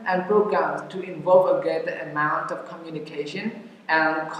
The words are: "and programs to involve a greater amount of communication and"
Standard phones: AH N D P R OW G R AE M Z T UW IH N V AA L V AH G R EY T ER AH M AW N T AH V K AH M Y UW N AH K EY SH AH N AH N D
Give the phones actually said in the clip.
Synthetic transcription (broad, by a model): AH N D P R OW G R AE M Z T UW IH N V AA L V AH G EY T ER AH M AW N T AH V K AH M Y UW N AH K EY SH AH N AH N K